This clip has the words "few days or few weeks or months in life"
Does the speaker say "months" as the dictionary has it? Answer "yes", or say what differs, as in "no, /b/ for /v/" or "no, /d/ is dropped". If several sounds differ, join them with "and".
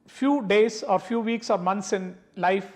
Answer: no, /t/ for /θ/